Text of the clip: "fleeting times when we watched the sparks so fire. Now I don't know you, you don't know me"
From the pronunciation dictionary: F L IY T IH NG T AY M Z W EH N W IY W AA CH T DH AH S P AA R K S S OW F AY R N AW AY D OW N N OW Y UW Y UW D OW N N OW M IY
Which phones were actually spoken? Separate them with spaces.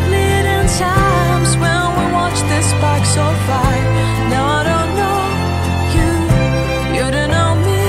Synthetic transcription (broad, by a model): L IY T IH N T AY M Z W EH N W IY W AA CH DH AH S B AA K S S OW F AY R N AW AY D OW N N OW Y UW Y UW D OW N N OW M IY